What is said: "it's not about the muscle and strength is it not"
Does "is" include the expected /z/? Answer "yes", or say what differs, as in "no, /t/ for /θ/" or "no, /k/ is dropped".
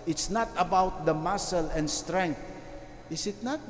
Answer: no, /s/ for /z/